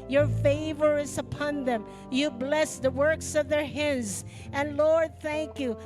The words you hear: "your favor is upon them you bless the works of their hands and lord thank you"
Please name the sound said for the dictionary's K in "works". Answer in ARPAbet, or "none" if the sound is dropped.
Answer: K